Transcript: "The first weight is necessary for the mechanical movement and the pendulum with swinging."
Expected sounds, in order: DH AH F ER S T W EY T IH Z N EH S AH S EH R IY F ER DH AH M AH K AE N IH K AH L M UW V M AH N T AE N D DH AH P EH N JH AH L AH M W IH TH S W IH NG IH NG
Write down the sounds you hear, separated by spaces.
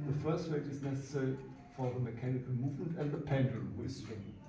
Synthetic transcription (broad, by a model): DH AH F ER S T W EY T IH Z N EH S AH S EH R IY F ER DH AH M AH K AE N IH K AH L M UW V M AH N T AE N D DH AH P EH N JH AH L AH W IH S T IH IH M